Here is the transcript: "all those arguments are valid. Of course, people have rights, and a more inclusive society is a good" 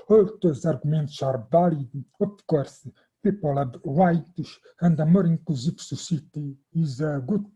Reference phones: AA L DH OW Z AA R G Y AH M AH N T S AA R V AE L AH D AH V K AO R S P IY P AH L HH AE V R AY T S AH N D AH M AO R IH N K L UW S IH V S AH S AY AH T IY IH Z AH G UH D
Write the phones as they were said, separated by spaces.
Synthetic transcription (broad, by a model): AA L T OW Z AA R G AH M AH N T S AA R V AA L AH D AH P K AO R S P IY P AH L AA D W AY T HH AH N D AH M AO R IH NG K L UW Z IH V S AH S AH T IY IH Z AH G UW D